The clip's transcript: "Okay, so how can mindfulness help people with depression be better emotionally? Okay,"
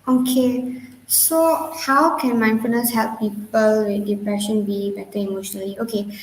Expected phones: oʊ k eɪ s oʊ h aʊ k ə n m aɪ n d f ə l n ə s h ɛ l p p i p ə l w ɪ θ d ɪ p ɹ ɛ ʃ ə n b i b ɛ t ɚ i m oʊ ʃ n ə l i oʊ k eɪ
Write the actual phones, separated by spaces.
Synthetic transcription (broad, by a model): oʊ k eɪ s oʊ h aʊ k ə n m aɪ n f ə n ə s h ɛ l p p i p ə l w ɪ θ d ɪ p ɹ ɛ ʃ ə n b i b ɛ t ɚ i m oʊ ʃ n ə l i oʊ k eɪ